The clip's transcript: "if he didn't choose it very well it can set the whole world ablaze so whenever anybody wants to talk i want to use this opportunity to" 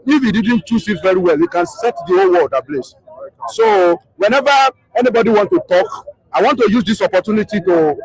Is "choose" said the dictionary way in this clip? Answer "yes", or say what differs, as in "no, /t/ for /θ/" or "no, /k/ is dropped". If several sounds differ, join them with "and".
no, /s/ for /z/